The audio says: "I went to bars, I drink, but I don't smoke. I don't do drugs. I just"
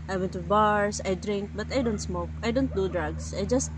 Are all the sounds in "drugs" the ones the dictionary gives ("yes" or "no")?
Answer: no